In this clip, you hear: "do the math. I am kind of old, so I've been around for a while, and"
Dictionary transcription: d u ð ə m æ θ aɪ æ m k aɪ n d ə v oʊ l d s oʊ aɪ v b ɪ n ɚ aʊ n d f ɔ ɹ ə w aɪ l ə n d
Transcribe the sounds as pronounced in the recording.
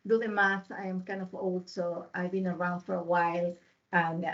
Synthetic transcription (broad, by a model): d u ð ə m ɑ s aɪ m k aɪ n d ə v oʊ l d s oʊ aɪ v b ɪ n ɚ aʊ n d f ɔ ɹ ə w aɪ l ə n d